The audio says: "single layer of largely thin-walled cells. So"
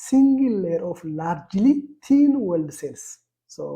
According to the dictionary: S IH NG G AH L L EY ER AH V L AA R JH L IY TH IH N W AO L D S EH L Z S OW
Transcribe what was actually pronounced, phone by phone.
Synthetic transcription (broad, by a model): S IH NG G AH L L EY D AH F L AA R JH L IY T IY N W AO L D S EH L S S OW